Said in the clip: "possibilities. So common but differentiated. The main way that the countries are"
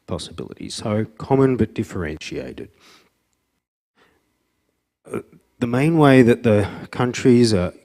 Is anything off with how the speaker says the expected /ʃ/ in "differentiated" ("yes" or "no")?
no